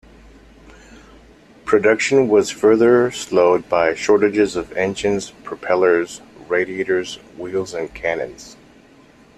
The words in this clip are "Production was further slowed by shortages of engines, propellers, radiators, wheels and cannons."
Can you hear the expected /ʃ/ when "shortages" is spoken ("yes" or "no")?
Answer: yes